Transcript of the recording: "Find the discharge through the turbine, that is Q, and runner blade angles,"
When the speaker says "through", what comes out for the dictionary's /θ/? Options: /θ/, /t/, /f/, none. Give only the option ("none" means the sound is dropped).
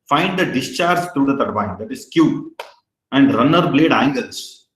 /t/